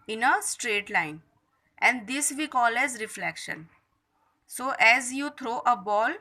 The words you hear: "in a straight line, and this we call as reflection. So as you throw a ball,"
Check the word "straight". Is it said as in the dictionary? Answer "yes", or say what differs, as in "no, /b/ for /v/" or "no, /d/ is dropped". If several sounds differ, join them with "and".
yes